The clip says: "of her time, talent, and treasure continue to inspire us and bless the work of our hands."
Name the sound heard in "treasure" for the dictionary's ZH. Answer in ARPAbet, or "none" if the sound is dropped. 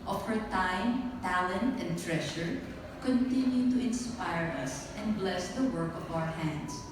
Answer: SH